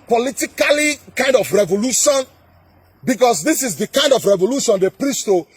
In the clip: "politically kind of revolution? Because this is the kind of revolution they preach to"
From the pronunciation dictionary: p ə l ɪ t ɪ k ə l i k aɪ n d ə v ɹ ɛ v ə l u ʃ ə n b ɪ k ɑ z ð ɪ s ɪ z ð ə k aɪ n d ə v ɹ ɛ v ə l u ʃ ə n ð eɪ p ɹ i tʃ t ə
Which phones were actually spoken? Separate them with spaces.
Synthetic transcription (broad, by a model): p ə l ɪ t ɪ k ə l i k aɪ n d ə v ɹ ɛ v ə l u ʃ ə n b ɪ k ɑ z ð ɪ s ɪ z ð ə k aɪ n d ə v ɹ ɛ v ə l u ʃ ə n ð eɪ p ɹ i s t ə